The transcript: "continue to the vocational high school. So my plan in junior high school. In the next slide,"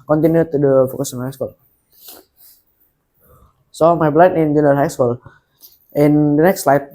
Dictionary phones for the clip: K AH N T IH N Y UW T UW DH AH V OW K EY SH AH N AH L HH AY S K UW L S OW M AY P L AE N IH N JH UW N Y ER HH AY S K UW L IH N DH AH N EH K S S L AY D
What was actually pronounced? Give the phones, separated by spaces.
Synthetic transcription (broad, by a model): K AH N T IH N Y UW T UW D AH F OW K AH S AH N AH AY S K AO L S OW M AY B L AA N IH N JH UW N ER HH AY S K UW L IH N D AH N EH K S S L AY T